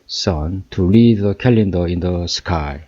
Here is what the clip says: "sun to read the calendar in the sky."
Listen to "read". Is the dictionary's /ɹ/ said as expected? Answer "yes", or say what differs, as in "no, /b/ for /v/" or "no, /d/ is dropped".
no, /l/ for /ɹ/